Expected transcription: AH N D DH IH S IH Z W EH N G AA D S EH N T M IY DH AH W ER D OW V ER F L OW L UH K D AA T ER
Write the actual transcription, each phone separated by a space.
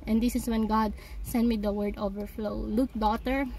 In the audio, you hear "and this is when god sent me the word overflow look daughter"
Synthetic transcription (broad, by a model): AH N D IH S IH S W EH N G AA D S EH N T M IY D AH W ER D OW V ER F L OW L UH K D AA T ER